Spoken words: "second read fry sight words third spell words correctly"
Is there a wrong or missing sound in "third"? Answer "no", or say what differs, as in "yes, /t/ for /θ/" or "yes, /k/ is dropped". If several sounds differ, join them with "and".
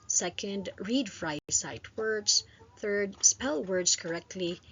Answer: no